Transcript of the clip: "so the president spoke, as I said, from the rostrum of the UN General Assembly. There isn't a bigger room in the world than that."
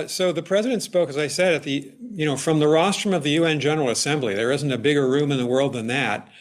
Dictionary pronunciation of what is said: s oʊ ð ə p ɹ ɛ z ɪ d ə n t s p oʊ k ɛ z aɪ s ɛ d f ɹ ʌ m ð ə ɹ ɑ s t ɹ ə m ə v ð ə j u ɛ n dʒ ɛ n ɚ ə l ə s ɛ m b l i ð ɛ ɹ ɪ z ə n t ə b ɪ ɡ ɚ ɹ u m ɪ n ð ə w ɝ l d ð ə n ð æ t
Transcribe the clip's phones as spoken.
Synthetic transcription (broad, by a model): s oʊ ð ə p ɹ ɛ z ɪ d ə n t s p oʊ k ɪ z aɪ s ɛ d f ɹ ʌ m ð ə ɹ ɑ s t ɹ ə m ə v ð ə j u ɛ n dʒ ɛ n ɚ l ə s ɛ m b l i ð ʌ ɹ ɪ z n t ə b ɪ ɡ ɚ ɹ u m ɪ n ð ə w ɝ l d ð ə n ð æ t